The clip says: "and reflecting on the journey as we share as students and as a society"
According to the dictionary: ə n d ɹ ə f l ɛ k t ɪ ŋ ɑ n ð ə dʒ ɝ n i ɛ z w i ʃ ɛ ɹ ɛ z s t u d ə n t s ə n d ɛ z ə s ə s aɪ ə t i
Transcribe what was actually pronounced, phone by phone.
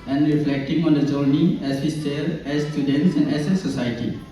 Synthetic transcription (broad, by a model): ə n d ɹ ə f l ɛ k t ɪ ŋ ɑ n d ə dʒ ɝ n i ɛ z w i s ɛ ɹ ɛ z s t u d ə n t s ə n d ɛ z ə s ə s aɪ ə t i